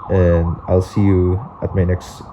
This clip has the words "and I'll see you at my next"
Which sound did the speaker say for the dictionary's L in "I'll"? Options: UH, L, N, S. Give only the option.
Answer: L